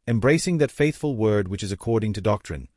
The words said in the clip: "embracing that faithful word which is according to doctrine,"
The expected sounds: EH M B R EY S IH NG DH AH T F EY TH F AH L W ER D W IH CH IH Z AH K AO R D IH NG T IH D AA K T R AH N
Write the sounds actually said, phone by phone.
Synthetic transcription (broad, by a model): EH M B R EY S IH NG DH AH T F EY TH F AH L W ER D W IH CH IH Z AH K AO R D IH NG T IH D AA K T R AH N